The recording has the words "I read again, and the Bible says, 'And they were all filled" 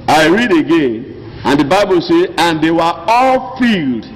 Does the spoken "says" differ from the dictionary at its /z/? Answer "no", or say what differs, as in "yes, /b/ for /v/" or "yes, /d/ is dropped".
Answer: yes, /z/ is dropped